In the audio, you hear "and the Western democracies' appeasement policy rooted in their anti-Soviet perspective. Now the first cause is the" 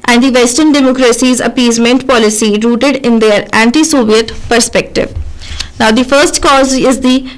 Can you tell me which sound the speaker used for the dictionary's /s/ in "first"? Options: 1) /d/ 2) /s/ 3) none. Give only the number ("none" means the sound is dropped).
2